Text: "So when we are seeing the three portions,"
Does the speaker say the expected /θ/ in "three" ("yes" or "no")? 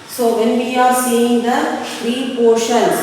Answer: no